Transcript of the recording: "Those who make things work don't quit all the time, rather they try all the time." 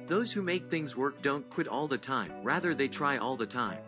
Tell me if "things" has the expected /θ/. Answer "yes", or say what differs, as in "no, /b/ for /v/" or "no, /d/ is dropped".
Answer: yes